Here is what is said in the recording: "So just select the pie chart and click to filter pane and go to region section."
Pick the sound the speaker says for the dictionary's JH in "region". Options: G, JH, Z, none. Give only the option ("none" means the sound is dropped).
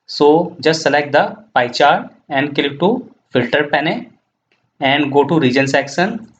JH